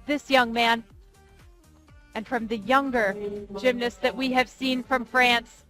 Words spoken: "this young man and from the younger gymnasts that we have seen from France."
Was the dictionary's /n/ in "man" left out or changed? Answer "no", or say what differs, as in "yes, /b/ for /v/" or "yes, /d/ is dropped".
no